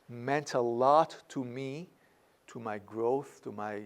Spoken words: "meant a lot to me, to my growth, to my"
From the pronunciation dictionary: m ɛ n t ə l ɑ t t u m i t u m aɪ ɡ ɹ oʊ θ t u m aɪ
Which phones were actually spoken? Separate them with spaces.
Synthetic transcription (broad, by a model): m ɛ n t ə l ɑ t t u m i t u m aɪ ɡ ɹ oʊ θ t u m aɪ